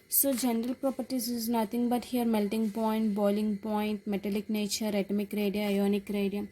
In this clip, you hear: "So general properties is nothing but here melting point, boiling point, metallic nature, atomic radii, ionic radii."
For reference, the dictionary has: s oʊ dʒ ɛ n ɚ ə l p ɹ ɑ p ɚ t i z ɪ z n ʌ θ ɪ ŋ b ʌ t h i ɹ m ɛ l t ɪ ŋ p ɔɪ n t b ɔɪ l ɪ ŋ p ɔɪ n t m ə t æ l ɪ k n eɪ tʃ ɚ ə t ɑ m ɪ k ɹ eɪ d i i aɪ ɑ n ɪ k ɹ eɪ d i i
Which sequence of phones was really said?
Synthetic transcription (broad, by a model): s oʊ dʒ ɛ n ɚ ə l p ɹ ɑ p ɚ t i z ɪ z n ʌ t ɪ ŋ b ʌ t h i ɹ m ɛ l t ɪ ŋ p ɔɪ n t b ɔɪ l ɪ ŋ p ɔɪ n t m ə t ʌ l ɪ k n eɪ tʃ ɚ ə t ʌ m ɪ k ɹ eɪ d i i aɪ ɑ n ɪ k ɹ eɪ d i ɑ